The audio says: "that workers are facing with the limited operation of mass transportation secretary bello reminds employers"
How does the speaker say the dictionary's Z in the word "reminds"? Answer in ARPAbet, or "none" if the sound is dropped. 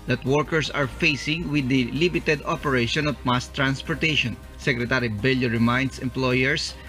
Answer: S